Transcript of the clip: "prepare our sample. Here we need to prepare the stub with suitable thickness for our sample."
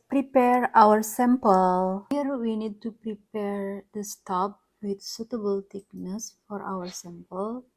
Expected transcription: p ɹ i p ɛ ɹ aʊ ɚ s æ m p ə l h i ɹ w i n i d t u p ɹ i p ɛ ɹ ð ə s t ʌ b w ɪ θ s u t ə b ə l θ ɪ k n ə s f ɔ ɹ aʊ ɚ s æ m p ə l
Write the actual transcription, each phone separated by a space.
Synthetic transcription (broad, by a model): p ɹ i p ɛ ɹ aʊ ɚ s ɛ m p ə l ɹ w i n i d t u p ɹ i p ɛ ɹ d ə s t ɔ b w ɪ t s u t ə b ə l t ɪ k n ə s f ɔ ɹ aʊ ɚ s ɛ m p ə l